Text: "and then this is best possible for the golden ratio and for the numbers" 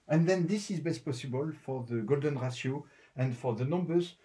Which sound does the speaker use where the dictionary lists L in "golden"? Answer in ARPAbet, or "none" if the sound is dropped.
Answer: L